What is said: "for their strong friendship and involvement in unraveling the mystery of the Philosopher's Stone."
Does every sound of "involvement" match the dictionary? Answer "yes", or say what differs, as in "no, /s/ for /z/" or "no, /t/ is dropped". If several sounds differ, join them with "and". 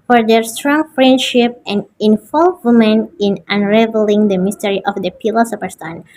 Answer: no, /t/ is dropped